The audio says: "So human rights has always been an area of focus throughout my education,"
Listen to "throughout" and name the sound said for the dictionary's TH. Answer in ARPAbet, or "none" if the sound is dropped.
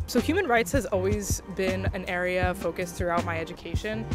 TH